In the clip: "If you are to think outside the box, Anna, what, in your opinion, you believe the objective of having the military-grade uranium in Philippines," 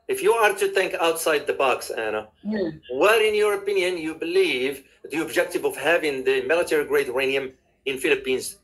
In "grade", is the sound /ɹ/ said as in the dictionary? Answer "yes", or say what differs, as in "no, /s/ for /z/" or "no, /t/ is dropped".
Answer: yes